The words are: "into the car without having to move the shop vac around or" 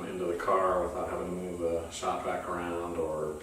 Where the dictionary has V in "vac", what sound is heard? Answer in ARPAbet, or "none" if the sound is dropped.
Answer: B